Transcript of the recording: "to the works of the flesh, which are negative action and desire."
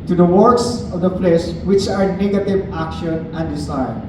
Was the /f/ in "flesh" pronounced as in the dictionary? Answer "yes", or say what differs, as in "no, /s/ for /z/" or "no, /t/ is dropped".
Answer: no, /p/ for /f/